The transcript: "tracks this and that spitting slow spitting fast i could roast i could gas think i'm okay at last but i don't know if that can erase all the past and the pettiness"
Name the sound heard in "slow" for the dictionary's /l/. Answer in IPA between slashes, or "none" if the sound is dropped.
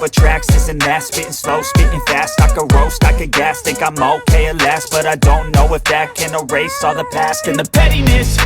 /l/